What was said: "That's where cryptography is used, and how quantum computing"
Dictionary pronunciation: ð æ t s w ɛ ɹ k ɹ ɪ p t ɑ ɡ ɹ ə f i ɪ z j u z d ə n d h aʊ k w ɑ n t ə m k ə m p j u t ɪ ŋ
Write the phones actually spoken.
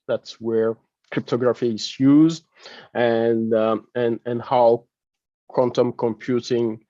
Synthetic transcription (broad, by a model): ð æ t s w ɛ ɹ k ɹ ɪ p t ɑ ɡ ɹ ə f i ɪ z j u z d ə n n h aʊ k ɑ n t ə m k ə m p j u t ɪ ŋ